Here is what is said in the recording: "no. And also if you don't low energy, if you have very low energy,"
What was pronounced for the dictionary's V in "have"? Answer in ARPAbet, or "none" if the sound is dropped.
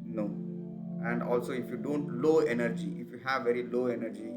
V